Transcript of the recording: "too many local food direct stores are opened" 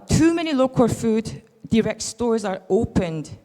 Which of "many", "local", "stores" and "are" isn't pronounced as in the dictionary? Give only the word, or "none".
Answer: none